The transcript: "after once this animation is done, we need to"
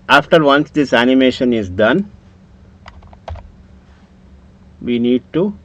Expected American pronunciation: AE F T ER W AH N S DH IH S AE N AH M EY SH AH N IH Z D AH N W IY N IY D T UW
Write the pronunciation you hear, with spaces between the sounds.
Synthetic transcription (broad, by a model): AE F T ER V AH N S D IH S AE N AH M EY SH AH N IH Z D AH N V IY N IY D T UW